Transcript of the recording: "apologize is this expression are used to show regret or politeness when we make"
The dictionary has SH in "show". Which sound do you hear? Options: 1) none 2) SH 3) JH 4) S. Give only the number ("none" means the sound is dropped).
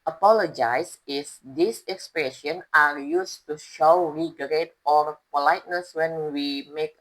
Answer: 2